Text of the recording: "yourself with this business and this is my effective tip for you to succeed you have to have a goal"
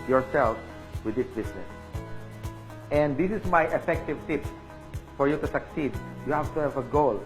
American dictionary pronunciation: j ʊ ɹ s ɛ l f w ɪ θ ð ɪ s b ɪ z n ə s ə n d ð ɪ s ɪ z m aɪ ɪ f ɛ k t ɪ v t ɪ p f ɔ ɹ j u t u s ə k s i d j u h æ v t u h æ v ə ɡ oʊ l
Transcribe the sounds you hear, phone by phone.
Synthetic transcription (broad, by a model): j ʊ ɹ s ɛ l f w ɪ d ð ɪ s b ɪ s n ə s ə n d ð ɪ s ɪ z m aɪ ɪ f ɛ k t ɪ v t ɪ p f ɔ ɹ j u t u s ə k s i d j u h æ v t u h æ v ə ɡ oʊ l